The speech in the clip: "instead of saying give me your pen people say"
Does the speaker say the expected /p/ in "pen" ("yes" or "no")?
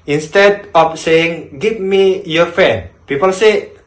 no